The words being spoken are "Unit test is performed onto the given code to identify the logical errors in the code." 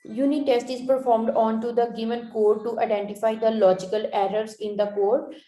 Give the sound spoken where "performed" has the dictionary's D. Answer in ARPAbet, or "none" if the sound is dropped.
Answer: D